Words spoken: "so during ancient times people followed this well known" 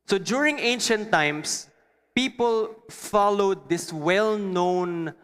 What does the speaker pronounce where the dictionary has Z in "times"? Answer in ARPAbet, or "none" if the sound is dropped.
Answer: S